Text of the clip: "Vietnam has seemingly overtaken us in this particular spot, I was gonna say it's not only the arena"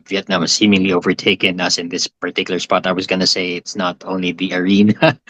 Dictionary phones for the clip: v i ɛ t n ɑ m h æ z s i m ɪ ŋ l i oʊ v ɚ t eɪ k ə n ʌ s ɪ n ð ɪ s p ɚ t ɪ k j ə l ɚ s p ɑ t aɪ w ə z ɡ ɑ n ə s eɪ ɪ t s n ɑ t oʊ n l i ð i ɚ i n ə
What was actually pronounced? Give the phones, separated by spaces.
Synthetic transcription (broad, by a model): v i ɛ t n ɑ m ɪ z s i m ɪ ŋ l i oʊ v ɚ t eɪ k ə n ʌ s ɪ n ð ɪ s p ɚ t ɪ k j l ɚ s p ɑ t aɪ w ə z ɡ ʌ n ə s eɪ ɪ t s n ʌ t oʊ n l i ð i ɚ i n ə